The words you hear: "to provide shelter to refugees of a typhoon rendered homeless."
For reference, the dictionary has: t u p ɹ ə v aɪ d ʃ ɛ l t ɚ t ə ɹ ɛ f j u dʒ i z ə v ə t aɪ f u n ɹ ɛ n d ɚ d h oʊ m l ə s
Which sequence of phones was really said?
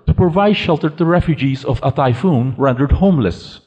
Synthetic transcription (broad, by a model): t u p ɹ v aɪ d ʃ ɛ l t ɚ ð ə ɹ ɛ f j u dʒ i z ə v ə t aɪ f u n ɹ ɛ n d ɚ d h oʊ m l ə s